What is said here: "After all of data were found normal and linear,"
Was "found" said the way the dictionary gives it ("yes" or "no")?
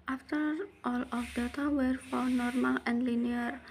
no